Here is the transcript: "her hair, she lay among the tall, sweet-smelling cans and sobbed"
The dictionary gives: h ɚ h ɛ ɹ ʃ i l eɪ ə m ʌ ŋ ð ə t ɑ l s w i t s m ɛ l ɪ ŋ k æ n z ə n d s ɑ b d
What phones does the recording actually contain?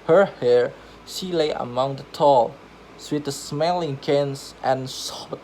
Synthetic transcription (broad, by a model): h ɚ h ɛ ɹ ʃ i l eɪ ə m ʌ ŋ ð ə t ɑ l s w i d s m ɛ l ɪ ŋ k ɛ n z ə n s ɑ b